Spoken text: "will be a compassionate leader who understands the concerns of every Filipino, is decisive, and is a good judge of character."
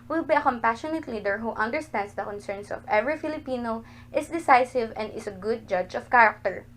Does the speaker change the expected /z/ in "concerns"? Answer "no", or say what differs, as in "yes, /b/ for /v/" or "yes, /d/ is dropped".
yes, /s/ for /z/